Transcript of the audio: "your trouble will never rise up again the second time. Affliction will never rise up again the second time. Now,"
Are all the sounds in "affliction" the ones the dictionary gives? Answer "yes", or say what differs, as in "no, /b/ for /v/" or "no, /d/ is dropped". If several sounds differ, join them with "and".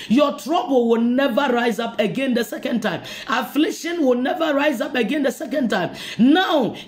yes